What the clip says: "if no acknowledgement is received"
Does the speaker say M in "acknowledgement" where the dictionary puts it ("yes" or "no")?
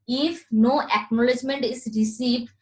yes